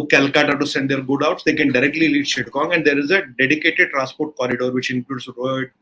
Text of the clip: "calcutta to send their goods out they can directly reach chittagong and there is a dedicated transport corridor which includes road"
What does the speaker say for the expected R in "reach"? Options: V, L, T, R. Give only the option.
L